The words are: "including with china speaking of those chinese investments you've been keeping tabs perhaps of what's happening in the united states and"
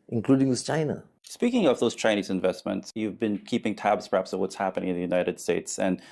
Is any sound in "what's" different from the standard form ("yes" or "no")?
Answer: no